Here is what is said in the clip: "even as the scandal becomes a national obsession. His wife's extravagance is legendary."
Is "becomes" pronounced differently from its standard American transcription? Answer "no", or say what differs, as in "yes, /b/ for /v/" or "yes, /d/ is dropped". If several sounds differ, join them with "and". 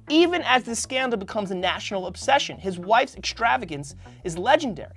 no